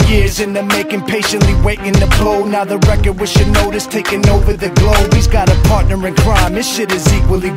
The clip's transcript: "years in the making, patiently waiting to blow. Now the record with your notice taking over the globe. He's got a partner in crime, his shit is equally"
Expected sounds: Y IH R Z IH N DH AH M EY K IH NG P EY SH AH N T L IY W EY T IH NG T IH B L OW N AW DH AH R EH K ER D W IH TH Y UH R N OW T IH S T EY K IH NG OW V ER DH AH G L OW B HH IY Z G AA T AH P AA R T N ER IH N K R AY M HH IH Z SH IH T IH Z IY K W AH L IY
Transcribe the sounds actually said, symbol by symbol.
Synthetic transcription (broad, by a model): Y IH R Z IH N DH AH M EY K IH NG P EY SH AH N T L IY W EY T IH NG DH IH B L OW N AW DH AH R EH K ER D W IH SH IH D N OW T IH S T EY K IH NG OW V ER DH AH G L OW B HH IY Z G AA T AH P AA R T N ER IH N K R AY M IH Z SH IH T IH Z IY K W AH L IY